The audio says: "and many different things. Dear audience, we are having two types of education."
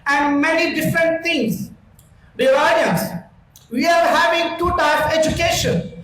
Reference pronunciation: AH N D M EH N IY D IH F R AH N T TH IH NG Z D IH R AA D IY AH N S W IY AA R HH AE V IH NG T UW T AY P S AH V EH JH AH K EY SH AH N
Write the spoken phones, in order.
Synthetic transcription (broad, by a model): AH N D M EH N IY D IH F R AH N T T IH NG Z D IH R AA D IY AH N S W IY AA R HH AE V IH NG T UW T AY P AH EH JH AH K EY SH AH N